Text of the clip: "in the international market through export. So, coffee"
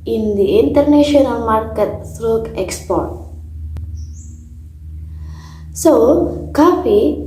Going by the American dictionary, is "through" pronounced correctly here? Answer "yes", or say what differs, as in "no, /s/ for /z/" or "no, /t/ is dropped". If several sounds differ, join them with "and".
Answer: no, /s/ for /θ/